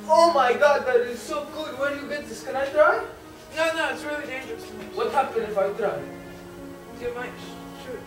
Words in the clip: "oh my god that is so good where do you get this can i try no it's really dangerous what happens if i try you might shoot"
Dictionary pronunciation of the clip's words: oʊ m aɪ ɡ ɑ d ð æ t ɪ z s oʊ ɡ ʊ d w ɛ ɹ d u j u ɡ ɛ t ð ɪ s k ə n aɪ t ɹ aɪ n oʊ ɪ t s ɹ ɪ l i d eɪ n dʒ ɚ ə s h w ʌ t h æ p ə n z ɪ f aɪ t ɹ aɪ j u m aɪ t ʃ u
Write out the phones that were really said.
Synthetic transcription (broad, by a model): oʊ m aɪ ɡ ɑ d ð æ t ɪ z s oʊ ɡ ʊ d w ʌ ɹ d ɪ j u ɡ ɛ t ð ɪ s k ə n aɪ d ɹ aɪ n oʊ ɪ t s ɹ ɪ l i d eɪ n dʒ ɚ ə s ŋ w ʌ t h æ p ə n ɪ f aɪ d ɹ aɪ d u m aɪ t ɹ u